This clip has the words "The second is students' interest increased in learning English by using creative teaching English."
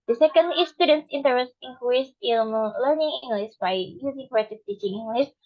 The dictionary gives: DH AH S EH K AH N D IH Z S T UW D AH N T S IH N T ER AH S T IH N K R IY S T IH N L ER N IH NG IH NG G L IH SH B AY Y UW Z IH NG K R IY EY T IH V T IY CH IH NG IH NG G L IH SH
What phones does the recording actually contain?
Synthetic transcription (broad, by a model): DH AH S EH K AH N D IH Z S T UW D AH N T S IH N T ER AH S T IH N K IY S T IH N L ER N IH NG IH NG G L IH S B AY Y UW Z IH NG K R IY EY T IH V T IY CH IH NG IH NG G L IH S